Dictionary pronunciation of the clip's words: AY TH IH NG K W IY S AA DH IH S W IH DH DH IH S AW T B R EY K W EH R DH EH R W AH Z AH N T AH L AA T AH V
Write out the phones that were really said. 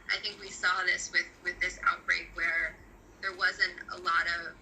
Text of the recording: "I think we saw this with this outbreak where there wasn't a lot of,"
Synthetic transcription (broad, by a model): AY TH IH NG K W IY S AA DH IH S W IH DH DH IH S AW T B R EY K W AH R DH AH R W AH Z AH N T AH L AA T AH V